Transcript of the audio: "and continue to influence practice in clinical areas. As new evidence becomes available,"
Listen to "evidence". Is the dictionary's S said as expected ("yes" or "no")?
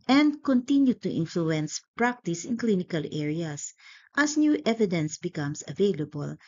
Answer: yes